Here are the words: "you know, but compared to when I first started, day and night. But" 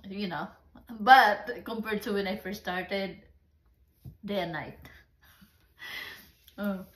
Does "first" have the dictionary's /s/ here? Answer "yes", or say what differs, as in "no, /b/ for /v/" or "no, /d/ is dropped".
no, /s/ is dropped